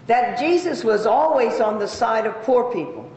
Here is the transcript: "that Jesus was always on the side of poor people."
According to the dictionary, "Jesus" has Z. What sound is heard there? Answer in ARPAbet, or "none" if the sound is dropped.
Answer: Z